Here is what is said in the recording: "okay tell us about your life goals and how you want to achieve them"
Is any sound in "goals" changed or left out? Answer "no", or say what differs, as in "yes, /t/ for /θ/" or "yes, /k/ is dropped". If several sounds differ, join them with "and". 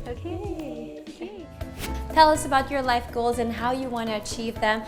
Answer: no